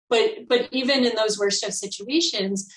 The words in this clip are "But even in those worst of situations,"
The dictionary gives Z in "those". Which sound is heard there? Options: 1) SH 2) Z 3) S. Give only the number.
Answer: 2